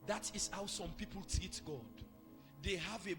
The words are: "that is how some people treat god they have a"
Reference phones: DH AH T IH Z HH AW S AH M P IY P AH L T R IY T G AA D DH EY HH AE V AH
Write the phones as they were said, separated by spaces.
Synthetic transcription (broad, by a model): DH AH T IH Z HH AW S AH M P IY P AH L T IY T G AA D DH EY HH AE V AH